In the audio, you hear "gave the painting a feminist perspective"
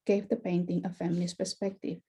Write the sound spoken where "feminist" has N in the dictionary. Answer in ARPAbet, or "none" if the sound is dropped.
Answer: L